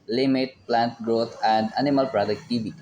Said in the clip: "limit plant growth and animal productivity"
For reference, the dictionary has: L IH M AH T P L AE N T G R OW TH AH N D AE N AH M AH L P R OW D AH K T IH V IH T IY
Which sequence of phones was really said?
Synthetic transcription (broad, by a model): L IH M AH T P L AE N T G R OW T AH N D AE N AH M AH L P R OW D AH K T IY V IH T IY